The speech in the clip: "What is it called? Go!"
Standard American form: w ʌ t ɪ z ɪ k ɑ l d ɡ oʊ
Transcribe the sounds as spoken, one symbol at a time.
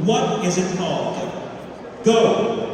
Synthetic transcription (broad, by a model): w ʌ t ɪ z ɪ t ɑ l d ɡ oʊ